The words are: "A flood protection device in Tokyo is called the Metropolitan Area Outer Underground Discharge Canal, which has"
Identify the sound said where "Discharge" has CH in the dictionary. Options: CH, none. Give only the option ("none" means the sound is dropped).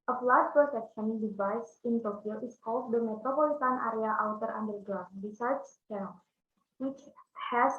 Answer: none